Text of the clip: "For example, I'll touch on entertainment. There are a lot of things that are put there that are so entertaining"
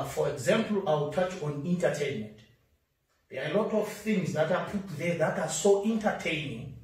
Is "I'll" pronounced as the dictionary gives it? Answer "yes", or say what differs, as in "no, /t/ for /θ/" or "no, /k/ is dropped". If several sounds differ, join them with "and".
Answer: no, /w/ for /l/